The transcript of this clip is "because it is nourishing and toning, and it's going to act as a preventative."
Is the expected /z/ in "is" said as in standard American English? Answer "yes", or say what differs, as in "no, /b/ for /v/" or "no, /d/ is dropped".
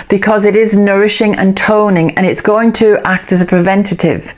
yes